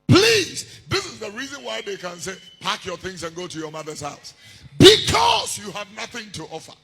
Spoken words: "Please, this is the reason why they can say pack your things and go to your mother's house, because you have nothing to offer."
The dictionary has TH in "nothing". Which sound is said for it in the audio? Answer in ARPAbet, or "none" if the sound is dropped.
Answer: TH